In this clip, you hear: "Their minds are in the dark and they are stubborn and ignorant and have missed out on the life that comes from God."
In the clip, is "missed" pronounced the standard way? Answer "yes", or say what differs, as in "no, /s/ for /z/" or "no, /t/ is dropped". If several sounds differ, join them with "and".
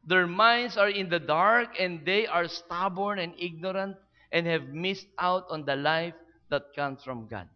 yes